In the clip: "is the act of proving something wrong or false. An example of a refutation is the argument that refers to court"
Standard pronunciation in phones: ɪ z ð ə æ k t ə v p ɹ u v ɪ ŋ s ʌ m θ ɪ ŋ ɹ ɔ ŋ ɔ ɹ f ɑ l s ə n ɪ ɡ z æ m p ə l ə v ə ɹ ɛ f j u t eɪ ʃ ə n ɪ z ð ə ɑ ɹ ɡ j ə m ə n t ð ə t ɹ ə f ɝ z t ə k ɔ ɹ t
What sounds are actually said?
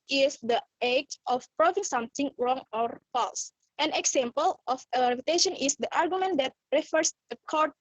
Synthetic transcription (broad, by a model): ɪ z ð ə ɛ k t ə f p ɹ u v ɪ ŋ s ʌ m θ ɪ ŋ ɹ ɔ ŋ ɔ ɹ f ɑ l s ə n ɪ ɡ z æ m p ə l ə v ə l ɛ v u t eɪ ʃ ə n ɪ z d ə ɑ ɹ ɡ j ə m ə n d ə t ɹ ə f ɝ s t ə k ɔ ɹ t